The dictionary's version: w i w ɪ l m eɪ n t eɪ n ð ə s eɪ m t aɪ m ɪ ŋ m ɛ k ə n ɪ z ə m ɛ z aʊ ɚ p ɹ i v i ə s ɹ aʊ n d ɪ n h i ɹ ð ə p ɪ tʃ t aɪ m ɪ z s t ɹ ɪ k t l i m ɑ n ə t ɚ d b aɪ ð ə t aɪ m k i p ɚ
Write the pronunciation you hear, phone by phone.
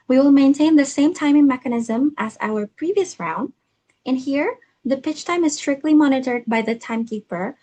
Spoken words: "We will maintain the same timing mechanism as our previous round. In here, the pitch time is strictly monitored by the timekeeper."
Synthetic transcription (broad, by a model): w i w ɪ l m eɪ n t eɪ n ð ə s eɪ m t aɪ m ɪ ŋ m ɛ k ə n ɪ z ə m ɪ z aʊ ɚ p ɹ i v i ə s ɹ aʊ n d ɪ n h i ɹ ð ə p ɪ tʃ t aɪ m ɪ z s t ɹ ɪ k t l i m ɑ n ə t ɚ d b aɪ ð ə t aɪ m k i p ɚ